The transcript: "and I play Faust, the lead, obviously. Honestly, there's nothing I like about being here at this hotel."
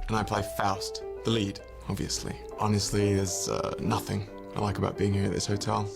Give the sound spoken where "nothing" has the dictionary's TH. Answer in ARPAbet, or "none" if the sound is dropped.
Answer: TH